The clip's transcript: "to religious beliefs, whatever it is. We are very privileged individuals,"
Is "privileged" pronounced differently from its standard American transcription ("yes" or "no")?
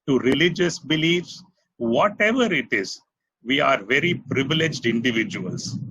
no